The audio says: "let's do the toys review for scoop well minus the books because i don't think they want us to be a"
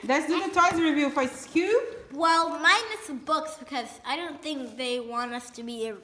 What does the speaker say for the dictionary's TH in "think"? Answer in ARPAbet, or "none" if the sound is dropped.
TH